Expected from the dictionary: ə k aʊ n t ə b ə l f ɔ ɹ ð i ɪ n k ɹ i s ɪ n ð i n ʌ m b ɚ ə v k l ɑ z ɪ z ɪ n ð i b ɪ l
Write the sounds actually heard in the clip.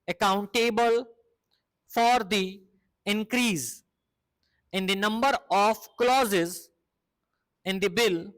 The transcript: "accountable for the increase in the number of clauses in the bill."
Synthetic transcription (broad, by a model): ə k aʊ n t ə b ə l f ɔ ɹ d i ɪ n k ɹ i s ɪ n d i n ʌ m b ɚ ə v k l ɑ z ɪ z ɪ n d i b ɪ l